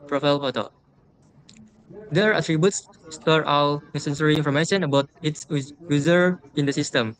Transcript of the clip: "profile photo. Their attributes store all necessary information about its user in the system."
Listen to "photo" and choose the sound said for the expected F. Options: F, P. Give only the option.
P